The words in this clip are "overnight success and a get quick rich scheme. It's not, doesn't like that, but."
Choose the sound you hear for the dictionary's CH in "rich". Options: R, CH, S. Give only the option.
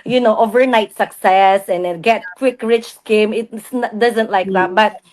CH